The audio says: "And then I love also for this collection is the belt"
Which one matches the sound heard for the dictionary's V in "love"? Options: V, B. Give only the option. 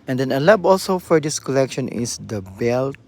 B